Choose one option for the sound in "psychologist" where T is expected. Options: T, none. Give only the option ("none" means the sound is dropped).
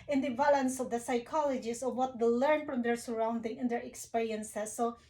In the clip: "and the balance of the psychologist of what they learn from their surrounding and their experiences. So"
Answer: none